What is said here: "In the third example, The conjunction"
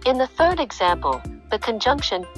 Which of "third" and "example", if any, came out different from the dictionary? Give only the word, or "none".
none